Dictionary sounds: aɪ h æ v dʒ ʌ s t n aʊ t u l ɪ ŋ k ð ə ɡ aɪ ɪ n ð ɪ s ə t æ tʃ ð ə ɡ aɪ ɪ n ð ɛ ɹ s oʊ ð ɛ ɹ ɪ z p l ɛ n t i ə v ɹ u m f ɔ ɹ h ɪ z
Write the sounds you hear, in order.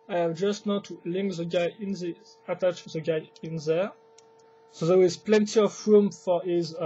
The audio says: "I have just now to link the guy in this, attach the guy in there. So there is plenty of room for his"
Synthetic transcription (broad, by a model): aɪ h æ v dʒ ʌ s t n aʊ t u l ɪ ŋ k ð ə ɡ aɪ ɪ n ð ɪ ə t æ tʃ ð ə ɡ aɪ ɪ n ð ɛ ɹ s oʊ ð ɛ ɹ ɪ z p l ɛ n t i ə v ɹ u m f ɔ ɹ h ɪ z